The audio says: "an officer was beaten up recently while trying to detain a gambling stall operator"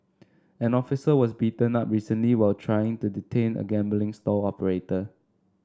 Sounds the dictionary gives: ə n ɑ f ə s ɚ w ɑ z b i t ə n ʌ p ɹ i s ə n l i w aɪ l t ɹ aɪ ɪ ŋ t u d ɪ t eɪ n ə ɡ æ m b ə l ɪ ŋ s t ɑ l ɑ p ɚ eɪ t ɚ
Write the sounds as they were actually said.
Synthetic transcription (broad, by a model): ə n ɑ f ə s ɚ w ɑ s b i t ə n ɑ p ɹ i s ə n l i w aɪ l t ɹ aɪ ɪ ŋ t u d ɪ t eɪ n ə ɡ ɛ m b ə l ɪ ŋ s t ɑ l ɑ p ɚ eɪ t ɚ